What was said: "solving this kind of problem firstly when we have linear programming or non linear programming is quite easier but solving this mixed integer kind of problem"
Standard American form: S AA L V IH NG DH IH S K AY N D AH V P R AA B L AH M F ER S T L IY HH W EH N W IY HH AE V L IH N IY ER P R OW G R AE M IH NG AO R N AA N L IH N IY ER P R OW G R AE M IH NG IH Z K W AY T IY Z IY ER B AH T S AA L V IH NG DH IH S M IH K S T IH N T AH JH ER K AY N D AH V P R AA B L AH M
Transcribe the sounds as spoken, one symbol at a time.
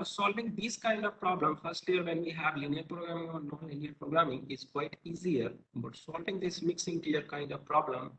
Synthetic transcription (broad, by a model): S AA L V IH NG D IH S K AY N D AH V P R AA B L AH M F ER S T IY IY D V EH N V IY HH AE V L IH N IY ER P R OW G R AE M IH NG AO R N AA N L IH N IY ER P R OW G R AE M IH NG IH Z K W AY T IY Z IY ER B AH T S AA L V IH NG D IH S M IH K S IH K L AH ER K AY N D AH V P R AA B L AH M